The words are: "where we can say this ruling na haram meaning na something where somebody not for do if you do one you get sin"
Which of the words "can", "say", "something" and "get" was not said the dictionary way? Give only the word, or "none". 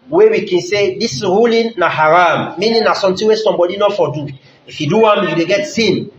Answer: something